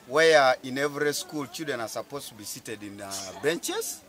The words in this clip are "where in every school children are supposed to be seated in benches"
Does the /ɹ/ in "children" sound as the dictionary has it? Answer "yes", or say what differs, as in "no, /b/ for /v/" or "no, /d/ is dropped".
no, /ɹ/ is dropped